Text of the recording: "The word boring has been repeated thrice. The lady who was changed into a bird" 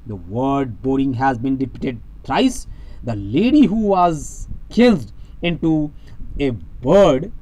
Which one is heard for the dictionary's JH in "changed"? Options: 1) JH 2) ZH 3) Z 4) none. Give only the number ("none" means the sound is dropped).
3